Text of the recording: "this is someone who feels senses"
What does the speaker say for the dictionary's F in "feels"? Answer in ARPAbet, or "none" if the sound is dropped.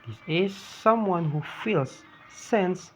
F